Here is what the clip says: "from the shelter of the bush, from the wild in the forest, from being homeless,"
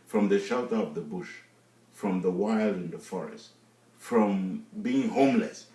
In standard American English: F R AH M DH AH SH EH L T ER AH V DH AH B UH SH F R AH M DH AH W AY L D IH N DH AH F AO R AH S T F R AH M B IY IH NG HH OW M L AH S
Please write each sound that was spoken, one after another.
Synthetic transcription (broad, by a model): F R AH M DH AH SH EH L T ER AH V DH AH B UH SH F R AH M DH AH W AY L D IH N DH AH F AO R AH S T F R AH M B IY IH NG HH OW M L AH S